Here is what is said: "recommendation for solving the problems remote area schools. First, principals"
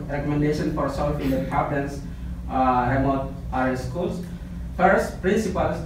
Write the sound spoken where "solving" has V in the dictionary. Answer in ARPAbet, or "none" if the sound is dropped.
F